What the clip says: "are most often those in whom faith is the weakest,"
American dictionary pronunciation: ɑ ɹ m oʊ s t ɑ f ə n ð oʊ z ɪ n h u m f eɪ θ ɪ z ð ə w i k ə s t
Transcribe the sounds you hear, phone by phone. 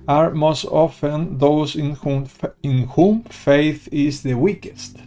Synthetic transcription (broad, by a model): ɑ ɹ m oʊ s t ɑ f ə n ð oʊ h ɪ n h u m f eɪ θ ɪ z ð ə w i k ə s t